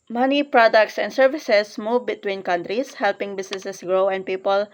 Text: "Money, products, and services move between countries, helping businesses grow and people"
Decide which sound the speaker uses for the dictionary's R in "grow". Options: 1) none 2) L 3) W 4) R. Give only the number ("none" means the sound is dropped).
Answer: 4